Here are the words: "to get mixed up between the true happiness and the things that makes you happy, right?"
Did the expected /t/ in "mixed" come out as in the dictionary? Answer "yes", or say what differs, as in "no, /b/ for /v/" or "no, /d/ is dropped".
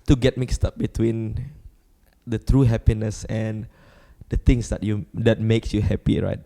yes